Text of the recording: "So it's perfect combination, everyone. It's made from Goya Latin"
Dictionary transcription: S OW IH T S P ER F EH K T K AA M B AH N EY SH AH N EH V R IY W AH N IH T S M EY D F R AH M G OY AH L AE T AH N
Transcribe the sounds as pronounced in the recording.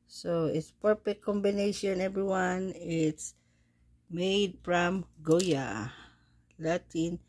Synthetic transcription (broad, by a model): S OW IH T S P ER P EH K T K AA M B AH N EY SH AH N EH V R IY W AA N IH T S M EY D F R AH M G OY AH L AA T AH N